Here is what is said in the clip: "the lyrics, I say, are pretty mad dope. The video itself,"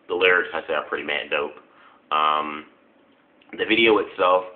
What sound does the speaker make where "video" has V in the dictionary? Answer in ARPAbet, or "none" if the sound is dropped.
V